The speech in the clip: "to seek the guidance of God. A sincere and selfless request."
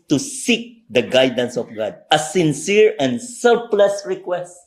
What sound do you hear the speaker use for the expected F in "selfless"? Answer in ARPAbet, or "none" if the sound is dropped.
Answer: P